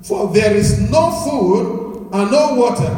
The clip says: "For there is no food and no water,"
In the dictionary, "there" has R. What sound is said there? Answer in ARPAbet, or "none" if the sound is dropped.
R